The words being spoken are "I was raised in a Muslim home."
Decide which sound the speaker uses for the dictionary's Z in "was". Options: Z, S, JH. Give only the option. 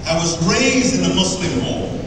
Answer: Z